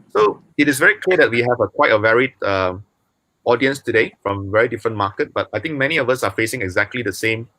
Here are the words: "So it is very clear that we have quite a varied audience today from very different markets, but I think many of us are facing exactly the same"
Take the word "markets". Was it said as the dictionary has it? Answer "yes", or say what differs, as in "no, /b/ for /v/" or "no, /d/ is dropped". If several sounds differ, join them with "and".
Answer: no, /s/ is dropped